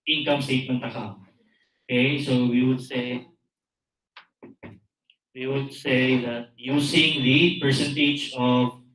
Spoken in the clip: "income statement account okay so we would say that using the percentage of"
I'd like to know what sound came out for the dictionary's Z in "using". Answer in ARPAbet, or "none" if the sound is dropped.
S